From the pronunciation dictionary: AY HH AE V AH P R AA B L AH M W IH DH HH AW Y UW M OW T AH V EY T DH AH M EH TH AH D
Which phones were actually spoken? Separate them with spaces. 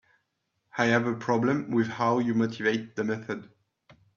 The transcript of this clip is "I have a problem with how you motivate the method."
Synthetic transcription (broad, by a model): AY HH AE V AH P R AA B L AH M W IH DH HH AW Y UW M OW T AH V EY T DH AH M EH TH AH D